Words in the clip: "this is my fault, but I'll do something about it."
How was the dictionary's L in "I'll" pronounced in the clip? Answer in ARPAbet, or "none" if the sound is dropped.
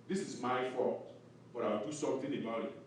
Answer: W